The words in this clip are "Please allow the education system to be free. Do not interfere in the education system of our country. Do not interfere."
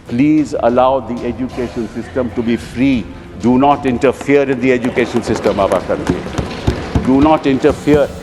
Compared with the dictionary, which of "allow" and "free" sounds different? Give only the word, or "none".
none